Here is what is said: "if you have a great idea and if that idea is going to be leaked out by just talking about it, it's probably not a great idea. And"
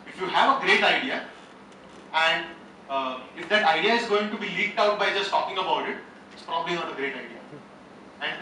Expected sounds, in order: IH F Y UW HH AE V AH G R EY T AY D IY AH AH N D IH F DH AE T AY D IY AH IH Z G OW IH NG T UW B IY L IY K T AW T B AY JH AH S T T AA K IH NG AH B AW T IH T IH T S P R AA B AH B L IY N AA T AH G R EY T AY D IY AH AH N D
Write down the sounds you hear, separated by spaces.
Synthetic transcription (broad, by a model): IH F Y UW HH AE V AH G R EY T AY D IY AH AH N D IH F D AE T AY D IY AH IH Z G OW IH NG T UW B IY L IY K T AW T B AY JH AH S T T AA K IH NG AH B AW T IH T IH T S P R AA B AH B L IY N AA T AH G R EY T AY D IY AH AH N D